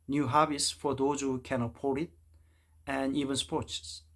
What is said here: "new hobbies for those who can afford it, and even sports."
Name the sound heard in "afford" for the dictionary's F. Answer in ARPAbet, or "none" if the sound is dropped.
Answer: P